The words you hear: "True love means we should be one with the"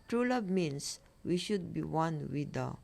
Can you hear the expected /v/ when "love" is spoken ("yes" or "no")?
no